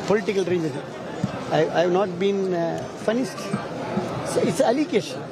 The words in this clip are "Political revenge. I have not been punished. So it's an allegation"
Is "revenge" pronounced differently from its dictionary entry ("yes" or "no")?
yes